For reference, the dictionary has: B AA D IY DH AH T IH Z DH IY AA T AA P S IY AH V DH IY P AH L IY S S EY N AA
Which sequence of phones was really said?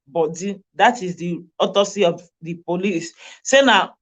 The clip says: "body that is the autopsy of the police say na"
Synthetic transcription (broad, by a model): B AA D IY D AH T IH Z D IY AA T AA S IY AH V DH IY P AH L IY S S EY N AA